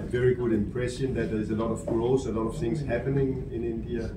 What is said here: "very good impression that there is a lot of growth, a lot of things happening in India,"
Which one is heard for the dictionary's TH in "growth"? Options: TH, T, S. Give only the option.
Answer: S